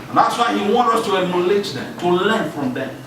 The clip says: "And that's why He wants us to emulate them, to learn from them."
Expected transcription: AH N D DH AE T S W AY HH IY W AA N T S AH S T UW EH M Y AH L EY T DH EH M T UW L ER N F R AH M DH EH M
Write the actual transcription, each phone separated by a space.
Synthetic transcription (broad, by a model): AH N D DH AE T S W AY HH IY W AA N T AH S T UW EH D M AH L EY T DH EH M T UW L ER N F R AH M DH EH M